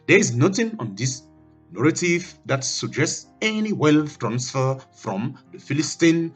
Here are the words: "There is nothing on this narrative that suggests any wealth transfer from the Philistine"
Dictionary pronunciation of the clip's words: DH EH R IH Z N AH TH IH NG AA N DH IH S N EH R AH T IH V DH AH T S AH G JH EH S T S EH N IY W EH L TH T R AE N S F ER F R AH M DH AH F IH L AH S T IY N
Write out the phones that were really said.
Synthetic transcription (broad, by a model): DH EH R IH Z N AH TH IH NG AA N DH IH S N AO R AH T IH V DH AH T S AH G JH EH S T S EH N IY W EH L F T R AE N S F ER F R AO M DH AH F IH L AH S T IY N